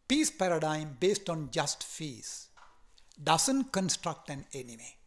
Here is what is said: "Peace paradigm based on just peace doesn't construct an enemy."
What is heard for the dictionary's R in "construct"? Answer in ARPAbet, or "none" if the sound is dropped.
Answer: R